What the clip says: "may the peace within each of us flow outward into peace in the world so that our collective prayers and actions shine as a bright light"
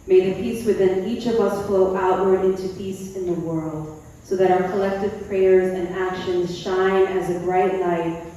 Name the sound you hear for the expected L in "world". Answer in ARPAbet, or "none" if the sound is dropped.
L